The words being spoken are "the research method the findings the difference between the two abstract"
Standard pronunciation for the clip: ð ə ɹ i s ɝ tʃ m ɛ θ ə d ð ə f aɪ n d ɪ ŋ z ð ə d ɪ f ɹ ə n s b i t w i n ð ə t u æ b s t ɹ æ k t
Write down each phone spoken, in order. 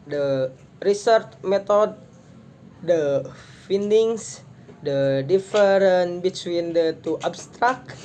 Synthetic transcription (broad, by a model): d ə ɹ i s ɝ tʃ m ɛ t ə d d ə f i n d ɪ ŋ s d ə d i f ɹ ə n b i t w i n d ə t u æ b s t ɹ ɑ k